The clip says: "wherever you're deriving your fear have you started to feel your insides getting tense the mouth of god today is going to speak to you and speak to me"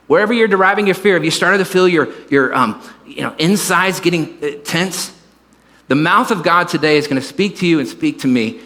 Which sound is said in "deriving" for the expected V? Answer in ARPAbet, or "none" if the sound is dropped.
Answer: V